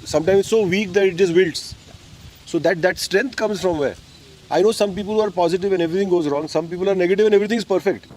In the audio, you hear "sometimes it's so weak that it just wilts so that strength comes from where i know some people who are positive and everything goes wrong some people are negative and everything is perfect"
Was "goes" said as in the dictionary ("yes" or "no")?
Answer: yes